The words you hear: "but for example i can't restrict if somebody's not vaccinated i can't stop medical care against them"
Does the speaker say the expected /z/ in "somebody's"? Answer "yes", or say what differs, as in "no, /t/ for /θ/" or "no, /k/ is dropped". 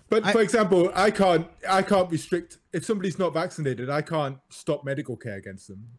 yes